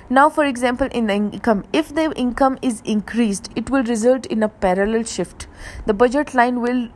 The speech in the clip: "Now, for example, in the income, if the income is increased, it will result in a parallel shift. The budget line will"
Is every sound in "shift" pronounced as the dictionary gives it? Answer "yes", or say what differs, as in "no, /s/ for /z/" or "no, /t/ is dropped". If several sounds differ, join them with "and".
yes